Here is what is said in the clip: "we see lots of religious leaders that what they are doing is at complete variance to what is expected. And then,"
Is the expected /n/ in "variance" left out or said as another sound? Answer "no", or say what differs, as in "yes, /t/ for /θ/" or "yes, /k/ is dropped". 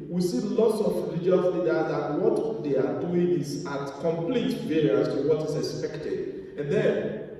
yes, /n/ is dropped